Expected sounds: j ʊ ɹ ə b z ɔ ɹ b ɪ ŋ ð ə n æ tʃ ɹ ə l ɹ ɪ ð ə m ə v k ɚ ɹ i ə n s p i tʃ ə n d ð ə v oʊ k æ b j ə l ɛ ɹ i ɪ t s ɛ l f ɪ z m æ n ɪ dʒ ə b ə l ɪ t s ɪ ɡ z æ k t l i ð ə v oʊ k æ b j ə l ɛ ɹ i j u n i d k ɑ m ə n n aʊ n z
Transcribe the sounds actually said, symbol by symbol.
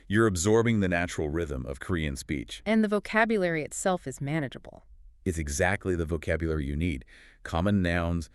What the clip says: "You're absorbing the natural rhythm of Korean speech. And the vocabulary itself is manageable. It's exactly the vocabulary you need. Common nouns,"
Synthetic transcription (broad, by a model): j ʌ ɹ ə b z ɔ ɹ b ɪ ŋ ð ə n æ tʃ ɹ l ɹ ɪ ð ə m ə v k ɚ ɹ i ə n s p i tʃ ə n ð ə v oʊ k æ b j ə l ɛ ɹ i ɪ t s ɛ l f ɪ z m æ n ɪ dʒ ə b l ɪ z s ɪ ɡ z æ k t l i ð ə v oʊ k æ b j ə l ɛ ɹ i j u n i d k ɑ m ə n n aʊ n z